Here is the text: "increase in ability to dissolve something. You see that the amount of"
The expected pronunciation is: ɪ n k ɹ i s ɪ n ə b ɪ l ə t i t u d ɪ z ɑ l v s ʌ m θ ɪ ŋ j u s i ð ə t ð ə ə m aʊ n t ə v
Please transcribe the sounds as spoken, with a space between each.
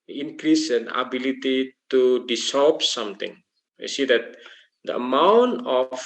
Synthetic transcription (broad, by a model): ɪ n k ɹ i s ɪ n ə b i l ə t i t u d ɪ s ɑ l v s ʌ m t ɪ ŋ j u s i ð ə t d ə ə m aʊ n t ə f